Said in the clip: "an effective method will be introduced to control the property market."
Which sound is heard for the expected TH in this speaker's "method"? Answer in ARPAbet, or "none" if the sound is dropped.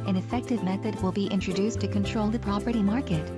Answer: TH